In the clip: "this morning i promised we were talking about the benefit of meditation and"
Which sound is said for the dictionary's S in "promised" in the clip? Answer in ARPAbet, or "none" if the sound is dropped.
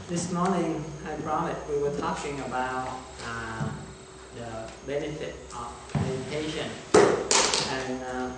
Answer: none